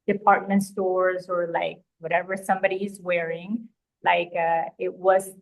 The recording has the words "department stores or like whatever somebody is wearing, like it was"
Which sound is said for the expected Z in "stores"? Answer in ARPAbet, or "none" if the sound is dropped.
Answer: Z